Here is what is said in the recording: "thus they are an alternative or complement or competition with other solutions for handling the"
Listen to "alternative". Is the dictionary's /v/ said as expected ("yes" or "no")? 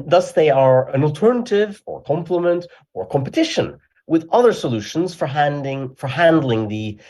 yes